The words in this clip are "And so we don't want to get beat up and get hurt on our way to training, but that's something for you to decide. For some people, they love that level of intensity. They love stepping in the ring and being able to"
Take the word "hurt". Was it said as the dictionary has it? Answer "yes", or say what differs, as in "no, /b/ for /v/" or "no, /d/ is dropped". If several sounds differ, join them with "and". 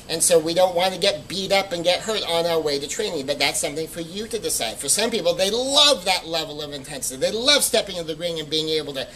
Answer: yes